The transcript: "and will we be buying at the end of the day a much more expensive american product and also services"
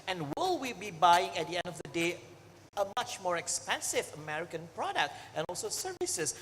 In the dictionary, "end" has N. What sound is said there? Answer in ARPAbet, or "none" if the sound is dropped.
N